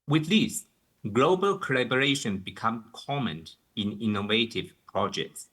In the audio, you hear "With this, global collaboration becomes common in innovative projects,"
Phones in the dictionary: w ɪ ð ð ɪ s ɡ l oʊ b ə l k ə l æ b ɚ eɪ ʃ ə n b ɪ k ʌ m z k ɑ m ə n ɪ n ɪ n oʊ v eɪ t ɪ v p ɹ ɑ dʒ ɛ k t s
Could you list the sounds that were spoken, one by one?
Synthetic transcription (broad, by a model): w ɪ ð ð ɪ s ɡ l oʊ b ə l k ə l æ b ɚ eɪ ʃ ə n b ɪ k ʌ m k ɑ m ə n ɪ n ɪ n oʊ v eɪ t ɪ v p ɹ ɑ dʒ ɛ k t s